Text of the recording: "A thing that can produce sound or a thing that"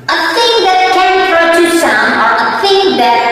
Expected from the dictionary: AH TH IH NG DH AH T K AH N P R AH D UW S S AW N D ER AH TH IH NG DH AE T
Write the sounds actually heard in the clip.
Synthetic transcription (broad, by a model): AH TH IH NG DH AH T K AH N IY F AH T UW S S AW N ER AH TH IH NG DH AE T